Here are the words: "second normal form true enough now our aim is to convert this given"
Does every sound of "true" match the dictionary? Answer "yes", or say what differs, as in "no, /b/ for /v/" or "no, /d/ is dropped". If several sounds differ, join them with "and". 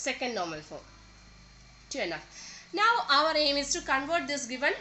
no, /ɹ/ is dropped